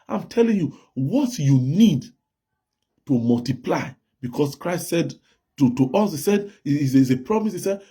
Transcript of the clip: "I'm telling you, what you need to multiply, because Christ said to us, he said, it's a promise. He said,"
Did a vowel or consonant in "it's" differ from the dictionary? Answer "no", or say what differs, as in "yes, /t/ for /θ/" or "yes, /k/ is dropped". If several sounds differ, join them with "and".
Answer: yes, /s/ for /t/